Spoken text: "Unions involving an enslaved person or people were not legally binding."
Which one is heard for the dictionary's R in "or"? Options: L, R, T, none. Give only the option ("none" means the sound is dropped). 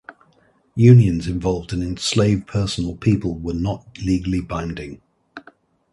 L